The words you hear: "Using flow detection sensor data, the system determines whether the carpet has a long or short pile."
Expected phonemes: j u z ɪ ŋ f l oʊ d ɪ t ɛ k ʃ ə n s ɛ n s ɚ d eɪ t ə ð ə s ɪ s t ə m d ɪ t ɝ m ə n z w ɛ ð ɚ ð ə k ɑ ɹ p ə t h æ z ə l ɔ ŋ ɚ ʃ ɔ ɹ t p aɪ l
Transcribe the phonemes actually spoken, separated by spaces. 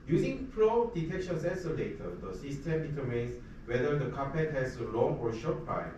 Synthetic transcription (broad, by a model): j u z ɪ ŋ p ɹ oʊ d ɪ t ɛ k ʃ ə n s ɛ s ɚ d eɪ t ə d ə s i s t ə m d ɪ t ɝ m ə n s w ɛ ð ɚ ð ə k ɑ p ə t h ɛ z ə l ɔ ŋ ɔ ʃ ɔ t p aɪ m